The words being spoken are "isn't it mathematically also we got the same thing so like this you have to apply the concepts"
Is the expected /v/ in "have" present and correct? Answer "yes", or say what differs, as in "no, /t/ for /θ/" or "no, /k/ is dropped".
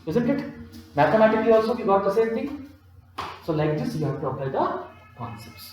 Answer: no, /p/ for /v/